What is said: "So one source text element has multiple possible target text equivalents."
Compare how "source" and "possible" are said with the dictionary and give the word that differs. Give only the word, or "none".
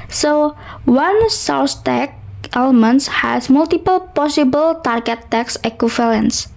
source